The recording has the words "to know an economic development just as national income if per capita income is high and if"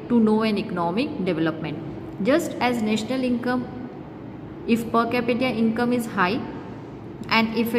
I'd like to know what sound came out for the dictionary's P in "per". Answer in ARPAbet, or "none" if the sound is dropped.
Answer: P